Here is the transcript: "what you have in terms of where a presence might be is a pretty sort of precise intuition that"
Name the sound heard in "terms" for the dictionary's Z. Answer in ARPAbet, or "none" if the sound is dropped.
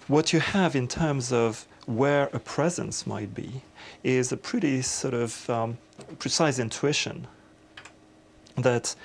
Z